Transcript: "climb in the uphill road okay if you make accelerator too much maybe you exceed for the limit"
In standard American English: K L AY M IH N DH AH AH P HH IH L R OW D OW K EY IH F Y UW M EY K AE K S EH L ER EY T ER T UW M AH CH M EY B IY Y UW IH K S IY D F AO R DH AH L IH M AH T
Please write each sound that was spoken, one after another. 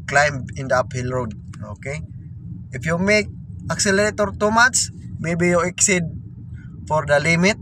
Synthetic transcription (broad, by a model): K L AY M IH N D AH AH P HH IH L R OW D OW K EY IH F Y UW M EY K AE K S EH L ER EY T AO T UW M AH S M EY B IY Y UW IH K S IY D F AO R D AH L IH M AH T